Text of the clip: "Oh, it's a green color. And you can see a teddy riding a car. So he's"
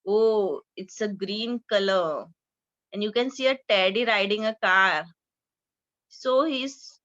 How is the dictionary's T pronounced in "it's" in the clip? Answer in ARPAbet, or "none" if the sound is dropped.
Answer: T